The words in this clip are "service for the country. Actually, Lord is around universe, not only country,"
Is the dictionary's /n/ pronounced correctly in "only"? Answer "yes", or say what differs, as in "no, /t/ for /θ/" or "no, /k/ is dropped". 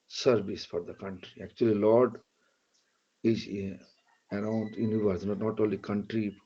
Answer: no, /n/ is dropped